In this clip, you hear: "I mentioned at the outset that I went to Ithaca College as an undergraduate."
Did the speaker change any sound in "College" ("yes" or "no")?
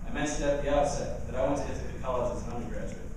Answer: yes